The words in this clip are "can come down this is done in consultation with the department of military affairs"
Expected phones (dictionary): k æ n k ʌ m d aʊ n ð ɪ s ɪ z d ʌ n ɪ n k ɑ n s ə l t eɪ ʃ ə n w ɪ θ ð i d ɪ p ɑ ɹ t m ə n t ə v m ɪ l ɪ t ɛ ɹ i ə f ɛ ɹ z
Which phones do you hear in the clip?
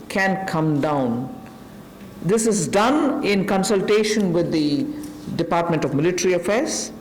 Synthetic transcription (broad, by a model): k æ n k ʌ m d aʊ n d ɪ s ɪ z d ʌ n ɪ n k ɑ n s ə l t eɪ ʃ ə n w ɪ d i d ɪ p ɑ ɹ t m ə n t ə v m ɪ l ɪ t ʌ ɹ i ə f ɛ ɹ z